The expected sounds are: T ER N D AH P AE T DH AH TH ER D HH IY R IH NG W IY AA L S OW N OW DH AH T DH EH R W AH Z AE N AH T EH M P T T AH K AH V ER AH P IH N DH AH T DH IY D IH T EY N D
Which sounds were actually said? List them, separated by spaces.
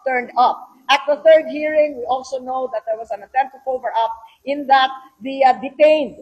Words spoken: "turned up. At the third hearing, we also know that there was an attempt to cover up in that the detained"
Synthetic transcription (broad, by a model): T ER N D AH P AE T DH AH TH ER D HH IY R IH NG W IY AA L S OW N OW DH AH T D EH R W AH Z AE N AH T EH M P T T AH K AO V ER AH P IH N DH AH T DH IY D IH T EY N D